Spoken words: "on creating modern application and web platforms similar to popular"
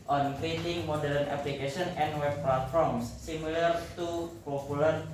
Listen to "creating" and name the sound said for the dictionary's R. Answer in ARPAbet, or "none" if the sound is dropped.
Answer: L